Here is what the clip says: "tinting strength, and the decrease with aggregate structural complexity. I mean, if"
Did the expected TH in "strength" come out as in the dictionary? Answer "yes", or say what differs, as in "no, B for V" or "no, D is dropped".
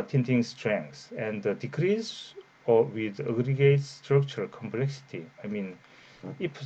no, S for TH